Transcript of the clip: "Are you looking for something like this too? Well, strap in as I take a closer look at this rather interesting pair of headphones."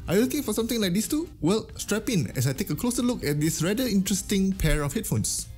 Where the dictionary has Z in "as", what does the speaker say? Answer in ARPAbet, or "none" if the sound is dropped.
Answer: S